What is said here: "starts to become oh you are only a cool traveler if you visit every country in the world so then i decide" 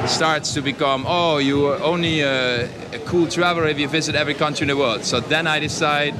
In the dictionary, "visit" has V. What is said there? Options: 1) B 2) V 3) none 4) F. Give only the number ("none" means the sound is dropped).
2